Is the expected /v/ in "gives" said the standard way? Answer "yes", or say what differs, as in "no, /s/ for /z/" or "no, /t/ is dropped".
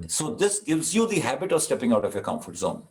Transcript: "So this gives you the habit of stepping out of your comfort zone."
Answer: yes